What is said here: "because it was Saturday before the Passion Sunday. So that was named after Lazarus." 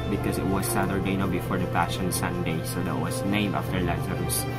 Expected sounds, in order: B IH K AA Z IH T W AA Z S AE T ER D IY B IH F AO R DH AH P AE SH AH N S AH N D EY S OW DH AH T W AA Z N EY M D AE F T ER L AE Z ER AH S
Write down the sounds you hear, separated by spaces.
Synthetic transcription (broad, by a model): B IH K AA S IH T W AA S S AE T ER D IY B IH F AO R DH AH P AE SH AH N S AH N D EY S OW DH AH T W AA S N EY M AA F T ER L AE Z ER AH S